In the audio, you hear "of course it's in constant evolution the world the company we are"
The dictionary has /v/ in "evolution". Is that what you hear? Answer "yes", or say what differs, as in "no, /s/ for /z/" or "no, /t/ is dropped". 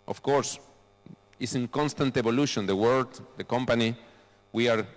no, /b/ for /v/